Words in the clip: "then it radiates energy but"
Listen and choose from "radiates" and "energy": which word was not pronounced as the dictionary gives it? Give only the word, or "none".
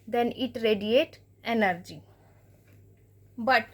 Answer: radiates